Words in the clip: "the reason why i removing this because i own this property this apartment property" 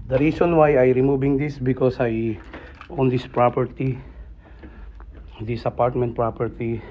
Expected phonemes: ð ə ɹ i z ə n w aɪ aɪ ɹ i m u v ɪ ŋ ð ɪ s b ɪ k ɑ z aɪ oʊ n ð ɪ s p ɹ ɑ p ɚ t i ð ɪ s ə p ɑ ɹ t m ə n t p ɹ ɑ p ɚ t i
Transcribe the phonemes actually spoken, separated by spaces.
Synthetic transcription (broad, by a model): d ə ɹ i s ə n w aɪ aɪ ɹ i m u b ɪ ŋ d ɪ s b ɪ k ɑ s aɪ oʊ n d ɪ s p ɹ ɑ p ɚ t i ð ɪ s ə p ɑ ɹ t m ə n t p ɹ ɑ p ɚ t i